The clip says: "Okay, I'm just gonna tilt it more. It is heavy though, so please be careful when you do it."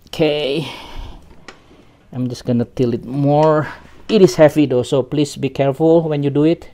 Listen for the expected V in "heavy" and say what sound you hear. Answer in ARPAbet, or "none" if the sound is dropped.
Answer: P